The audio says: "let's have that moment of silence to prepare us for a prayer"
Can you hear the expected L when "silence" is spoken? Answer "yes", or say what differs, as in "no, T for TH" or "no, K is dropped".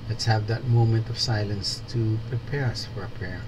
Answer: yes